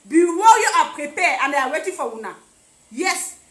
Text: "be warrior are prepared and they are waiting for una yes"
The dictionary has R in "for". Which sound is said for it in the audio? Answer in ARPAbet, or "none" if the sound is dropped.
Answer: W